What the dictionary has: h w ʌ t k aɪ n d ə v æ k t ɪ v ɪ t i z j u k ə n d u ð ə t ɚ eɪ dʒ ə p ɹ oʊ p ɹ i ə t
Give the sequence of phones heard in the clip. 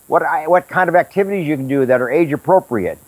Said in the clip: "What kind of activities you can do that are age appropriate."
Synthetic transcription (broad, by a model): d w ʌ t k aɪ n d ə v æ k t ɪ v ɪ t i z j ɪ k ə n d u ð ə t ɚ eɪ dʒ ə p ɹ oʊ p ɹ i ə t